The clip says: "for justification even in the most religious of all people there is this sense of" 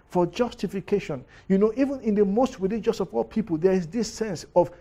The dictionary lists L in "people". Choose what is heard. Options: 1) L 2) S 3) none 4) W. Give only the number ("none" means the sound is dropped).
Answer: 1